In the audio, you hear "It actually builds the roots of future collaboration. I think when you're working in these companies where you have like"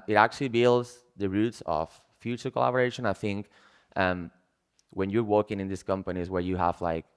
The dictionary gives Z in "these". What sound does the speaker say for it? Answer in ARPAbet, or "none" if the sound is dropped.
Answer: S